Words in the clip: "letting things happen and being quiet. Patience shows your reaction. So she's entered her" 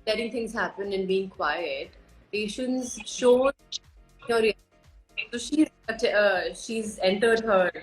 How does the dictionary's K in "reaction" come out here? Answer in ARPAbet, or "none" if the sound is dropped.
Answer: none